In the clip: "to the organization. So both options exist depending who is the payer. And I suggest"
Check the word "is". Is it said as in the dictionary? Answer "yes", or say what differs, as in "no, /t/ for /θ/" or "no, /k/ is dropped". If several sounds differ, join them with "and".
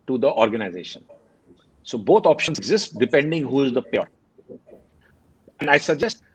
yes